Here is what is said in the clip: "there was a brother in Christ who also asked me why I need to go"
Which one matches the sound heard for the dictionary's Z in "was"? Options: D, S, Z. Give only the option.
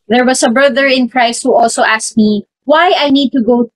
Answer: S